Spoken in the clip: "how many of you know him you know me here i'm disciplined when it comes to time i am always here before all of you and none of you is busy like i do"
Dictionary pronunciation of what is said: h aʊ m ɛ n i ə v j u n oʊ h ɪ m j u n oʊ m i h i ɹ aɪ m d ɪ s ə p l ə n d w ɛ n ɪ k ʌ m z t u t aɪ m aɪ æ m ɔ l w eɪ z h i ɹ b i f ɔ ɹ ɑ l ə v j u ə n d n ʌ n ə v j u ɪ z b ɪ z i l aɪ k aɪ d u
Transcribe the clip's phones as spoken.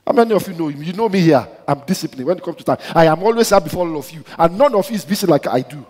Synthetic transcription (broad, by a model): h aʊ m ɛ n i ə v j u n oʊ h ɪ m j u n oʊ m i h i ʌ aɪ m d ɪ s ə p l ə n w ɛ n ɪ k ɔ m t u t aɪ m aɪ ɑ m ɔ l w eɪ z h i b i f ɔ ɑ l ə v j u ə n n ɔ n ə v j u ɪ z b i s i l aɪ k aɪ d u